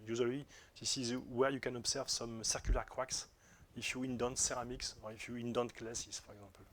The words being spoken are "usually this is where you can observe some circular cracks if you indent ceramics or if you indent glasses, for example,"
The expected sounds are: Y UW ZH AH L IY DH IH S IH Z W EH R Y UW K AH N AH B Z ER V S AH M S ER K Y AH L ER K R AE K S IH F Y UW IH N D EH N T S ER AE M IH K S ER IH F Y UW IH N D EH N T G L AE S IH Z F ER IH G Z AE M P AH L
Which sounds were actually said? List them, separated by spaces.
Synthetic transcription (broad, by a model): Y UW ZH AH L IY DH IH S IH Z W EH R Y UW K AH N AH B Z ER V S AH M S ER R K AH L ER K W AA K S IH F Y UW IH N D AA N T S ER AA M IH K S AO IH F Y UW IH N D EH N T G L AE S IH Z F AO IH G Z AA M P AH L